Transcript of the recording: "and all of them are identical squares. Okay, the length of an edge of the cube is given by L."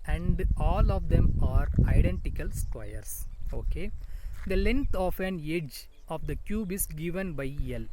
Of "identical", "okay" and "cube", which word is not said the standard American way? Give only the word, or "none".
none